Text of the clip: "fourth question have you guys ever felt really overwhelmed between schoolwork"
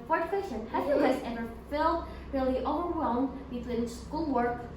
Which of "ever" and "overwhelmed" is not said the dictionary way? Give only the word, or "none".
none